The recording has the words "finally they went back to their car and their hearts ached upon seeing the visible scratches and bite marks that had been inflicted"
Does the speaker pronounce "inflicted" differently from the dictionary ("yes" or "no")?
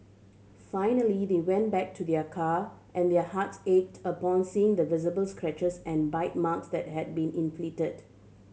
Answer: yes